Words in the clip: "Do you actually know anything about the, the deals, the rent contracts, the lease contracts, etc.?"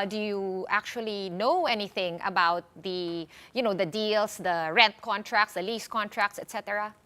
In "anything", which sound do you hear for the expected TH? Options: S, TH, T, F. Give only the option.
TH